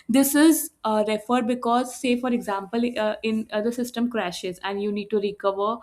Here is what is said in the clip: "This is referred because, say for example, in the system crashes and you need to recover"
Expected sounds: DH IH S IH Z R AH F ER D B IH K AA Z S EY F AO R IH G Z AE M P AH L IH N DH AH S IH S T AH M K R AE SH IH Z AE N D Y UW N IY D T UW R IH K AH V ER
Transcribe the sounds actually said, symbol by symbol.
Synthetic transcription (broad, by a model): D IH S IH Z R AH F ER D B IH K AA Z S EY F AO R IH G Z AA M P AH L IH N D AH S IH S T AH M K R AE SH IH Z AE N D Y UW N IY D T UW R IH K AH V ER